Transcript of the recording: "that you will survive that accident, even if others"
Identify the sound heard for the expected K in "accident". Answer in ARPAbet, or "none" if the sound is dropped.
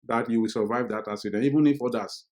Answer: none